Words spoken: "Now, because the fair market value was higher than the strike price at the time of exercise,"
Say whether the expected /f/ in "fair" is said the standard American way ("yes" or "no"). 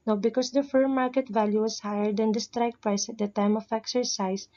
yes